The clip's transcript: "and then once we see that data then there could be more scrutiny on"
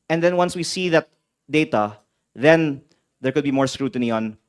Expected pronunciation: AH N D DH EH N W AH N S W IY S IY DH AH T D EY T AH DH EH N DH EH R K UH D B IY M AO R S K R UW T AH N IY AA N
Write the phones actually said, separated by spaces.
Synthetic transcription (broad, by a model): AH N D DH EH N W AH N S W IY S IY DH AH T D EY T AH DH EH N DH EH R K UH D B IY M AO R S K R UW T AH N IY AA N